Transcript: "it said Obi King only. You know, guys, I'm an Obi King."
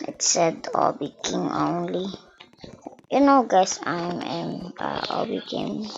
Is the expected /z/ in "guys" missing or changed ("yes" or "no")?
yes